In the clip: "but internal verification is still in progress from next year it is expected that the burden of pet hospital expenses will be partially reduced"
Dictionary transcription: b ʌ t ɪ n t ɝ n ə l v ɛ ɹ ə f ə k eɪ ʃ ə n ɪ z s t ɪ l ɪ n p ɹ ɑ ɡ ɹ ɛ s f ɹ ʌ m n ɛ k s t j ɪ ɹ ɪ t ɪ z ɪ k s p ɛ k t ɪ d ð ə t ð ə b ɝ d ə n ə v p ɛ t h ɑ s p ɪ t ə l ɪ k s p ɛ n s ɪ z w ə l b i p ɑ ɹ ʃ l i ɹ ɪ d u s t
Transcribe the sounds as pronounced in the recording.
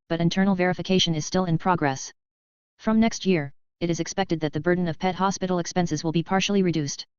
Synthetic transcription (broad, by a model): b ʌ t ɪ n t ɝ n l v ɛ ɹ ə f ə k eɪ ʃ ə n ɪ z s t ɪ l ɪ n p ɹ ɑ ɡ ɹ ɛ s f ɹ ʌ m n ɛ k s t j ɪ ɹ ɪ t ɪ z ɪ k s p ɛ k t ɪ d ð ə t ð ə b ɝ d n ə v p ɛ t h ɑ s p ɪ t l ɪ k s p ɛ n s ɪ z w ə l b i p ɑ ɹ ʃ l i ɹ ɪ d u s t